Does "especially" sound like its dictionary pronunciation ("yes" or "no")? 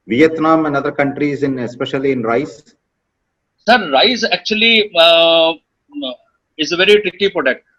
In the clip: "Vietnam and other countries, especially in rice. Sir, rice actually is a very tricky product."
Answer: yes